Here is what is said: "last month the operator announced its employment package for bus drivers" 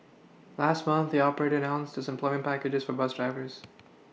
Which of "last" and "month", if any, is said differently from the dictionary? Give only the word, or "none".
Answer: none